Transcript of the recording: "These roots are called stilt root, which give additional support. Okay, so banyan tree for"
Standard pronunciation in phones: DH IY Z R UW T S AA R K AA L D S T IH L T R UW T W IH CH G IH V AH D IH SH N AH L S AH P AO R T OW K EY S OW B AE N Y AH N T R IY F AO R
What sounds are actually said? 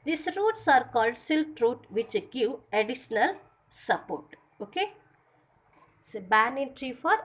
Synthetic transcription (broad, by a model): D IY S R UW T S AA R K AA L D S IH L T R UW T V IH CH G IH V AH D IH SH N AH L S AH P AO R T OW K EY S B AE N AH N T R IY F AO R